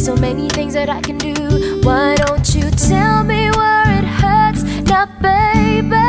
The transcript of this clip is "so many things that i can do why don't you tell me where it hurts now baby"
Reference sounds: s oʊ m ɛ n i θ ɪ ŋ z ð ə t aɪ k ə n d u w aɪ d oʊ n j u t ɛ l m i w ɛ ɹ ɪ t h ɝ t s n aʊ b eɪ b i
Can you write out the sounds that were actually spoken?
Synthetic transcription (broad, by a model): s oʊ m ɛ n i θ ɪ ŋ z ð ə t aɪ k ə n d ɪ w aɪ d oʊ n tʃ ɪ t ɛ l m i w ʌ ɹ ɪ t h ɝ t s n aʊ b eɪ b